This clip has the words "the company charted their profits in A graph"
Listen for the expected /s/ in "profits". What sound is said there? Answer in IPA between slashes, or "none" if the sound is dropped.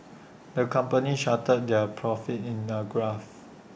none